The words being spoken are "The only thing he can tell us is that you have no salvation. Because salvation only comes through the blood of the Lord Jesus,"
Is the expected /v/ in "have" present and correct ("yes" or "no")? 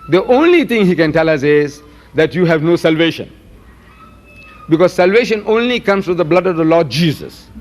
yes